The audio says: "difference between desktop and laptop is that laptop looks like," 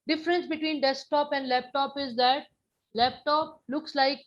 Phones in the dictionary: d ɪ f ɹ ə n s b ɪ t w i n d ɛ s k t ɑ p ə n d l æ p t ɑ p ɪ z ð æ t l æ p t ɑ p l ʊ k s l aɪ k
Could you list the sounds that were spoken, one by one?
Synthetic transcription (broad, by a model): d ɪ f ɹ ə n s b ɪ t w i n d ɛ s k t ɑ p ə n d l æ p t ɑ p ɪ z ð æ t l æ p t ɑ p l ʊ k s l aɪ k